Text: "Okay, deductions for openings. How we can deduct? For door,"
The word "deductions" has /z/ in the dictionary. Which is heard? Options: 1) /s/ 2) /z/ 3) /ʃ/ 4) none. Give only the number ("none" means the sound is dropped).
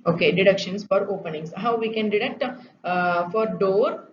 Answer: 1